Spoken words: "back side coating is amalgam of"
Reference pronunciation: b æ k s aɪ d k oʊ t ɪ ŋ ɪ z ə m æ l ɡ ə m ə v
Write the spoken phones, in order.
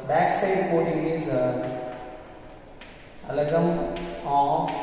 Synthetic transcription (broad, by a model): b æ k s aɪ d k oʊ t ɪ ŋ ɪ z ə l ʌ ɡ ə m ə